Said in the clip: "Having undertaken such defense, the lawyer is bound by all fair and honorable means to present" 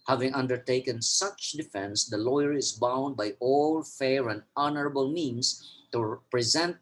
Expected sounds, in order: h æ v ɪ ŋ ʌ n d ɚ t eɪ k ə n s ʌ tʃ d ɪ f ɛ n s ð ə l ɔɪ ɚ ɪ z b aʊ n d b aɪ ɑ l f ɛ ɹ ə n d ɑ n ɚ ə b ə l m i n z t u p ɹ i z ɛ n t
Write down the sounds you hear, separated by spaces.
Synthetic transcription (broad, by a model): h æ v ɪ ŋ ʌ n d ɚ t eɪ k ə n s ʌ tʃ d ɪ f ɛ n s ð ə l ɔɪ ɚ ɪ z b aʊ n d b aɪ ɑ l f ɛ ɹ ə n d ɑ n ɚ ə b ə l m i n s t u p ɹ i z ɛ n t